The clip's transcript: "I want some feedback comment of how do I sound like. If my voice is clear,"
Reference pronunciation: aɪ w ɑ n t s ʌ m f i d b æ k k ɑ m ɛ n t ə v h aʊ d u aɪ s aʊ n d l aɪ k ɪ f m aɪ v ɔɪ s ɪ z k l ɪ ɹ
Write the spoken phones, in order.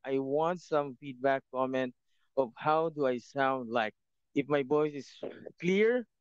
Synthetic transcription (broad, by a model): aɪ w ɑ n t s ʌ m f i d b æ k k ɑ m ɛ n t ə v h aʊ d u aɪ s aʊ n d l aɪ k ɪ f m aɪ b ɔɪ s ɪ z k l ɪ ɹ